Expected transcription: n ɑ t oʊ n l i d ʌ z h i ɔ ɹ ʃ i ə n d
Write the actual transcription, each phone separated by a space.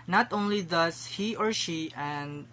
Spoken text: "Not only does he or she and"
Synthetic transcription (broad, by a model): n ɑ t oʊ n l i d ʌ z h i ɔ ɹ ʃ i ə n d